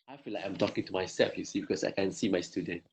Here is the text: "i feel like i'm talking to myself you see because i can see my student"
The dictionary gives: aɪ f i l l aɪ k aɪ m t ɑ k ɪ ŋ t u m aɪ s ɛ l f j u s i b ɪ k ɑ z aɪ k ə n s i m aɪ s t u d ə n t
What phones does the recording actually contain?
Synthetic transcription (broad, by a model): aɪ f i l l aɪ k aɪ m t ɑ k ɪ ŋ t u m aɪ s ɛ f j u s i b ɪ k ɑ s aɪ k ə n s i m aɪ s t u d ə n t